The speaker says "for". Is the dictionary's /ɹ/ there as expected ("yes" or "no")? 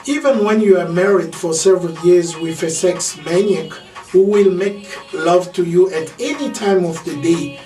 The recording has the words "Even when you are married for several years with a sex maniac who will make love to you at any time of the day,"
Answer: yes